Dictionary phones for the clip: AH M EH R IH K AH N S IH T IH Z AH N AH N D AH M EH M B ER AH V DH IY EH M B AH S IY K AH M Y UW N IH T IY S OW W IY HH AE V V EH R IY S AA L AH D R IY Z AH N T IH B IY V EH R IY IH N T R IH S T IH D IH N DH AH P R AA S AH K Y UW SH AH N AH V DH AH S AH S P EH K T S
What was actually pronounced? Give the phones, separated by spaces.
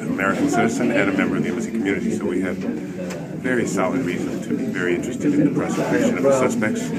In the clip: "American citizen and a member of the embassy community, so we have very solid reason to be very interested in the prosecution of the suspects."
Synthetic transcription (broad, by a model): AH M EH R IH K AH N S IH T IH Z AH N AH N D AH M EH M B ER AH V DH IY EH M AH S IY K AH M Y UW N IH T IY S OW W IY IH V V EH R IY S AA L AH D R IY Z AH N T IH B IY V EH R IY IH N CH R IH S T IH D IH N DH AH P R AA S AH K Y UW SH AH N AH V DH AH S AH S P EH K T S